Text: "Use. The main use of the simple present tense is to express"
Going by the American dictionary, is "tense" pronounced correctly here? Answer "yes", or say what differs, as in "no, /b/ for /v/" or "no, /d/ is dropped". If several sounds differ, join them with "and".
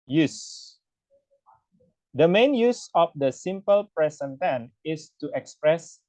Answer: no, /s/ is dropped